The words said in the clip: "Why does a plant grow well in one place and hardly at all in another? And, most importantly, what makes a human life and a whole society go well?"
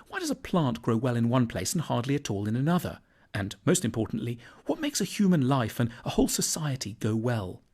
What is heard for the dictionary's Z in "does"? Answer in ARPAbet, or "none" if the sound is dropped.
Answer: Z